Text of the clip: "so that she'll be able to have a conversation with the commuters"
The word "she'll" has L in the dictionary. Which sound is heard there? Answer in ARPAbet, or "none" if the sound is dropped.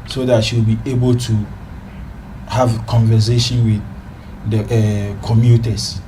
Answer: W